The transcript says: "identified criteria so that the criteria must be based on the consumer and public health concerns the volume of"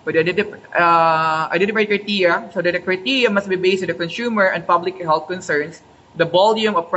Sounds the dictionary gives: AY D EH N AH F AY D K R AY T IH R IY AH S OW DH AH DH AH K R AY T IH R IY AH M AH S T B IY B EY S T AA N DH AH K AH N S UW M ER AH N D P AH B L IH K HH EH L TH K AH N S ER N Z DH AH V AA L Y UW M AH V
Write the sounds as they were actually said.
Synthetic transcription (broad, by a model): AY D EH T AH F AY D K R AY T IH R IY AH S OW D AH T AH K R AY T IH R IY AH M AH S T B IY B EY S T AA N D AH K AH N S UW M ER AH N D P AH B L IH K HH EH L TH K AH N S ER N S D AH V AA L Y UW M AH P